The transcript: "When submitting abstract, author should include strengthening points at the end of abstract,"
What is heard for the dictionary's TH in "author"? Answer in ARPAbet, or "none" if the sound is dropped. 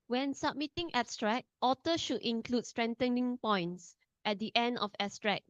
T